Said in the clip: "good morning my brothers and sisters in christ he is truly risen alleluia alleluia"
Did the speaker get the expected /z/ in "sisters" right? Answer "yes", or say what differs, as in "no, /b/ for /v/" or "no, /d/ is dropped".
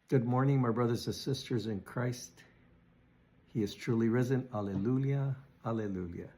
yes